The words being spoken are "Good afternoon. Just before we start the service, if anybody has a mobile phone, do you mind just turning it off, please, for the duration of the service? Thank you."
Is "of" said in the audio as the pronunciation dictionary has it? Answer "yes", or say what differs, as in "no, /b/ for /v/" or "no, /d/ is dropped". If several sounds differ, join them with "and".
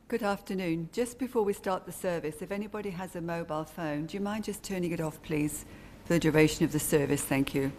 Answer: yes